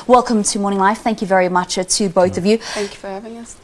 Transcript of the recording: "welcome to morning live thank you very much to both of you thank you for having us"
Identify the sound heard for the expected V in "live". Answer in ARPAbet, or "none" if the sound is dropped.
F